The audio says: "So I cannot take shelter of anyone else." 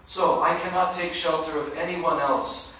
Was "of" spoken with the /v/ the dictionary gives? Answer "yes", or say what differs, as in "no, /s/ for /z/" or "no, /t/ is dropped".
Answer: yes